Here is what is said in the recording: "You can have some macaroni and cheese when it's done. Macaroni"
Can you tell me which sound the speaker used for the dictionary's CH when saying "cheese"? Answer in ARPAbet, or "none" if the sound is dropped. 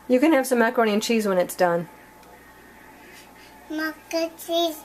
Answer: CH